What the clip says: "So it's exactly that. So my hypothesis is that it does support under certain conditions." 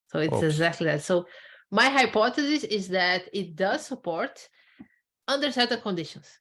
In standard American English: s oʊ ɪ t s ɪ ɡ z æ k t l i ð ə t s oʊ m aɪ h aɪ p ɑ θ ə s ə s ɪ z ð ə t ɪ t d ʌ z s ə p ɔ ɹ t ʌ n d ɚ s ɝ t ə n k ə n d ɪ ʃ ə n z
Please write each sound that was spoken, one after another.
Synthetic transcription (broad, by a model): s oʊ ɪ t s ɪ ɡ z æ k t l i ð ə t s oʊ m aɪ h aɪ p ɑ t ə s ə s ɪ z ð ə t ɪ t d ʌ z s ə p ɔ ɹ t ʌ n d ɚ s ɝ t ə n k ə n d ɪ ʃ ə n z